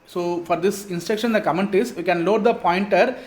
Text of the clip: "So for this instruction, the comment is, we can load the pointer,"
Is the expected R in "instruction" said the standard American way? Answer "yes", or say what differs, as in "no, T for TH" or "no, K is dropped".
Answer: no, R is dropped